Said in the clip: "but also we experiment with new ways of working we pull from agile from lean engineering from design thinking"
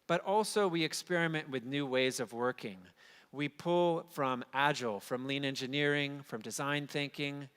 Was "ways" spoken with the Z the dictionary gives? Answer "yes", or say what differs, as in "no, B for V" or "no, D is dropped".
yes